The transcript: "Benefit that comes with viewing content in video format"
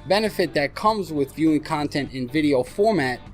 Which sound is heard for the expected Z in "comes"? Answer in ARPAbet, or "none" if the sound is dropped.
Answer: Z